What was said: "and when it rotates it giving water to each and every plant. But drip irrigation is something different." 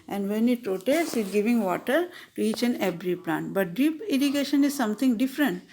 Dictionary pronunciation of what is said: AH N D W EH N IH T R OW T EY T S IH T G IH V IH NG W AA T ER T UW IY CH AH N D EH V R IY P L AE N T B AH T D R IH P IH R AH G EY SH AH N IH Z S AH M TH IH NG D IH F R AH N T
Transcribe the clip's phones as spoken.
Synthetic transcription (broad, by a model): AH N D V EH N IH T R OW T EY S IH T G IH V IH NG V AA T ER T UW IY CH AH N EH B R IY P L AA N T B AH T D R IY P IH R AH G EY SH AH N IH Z S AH M T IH NG D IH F R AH N T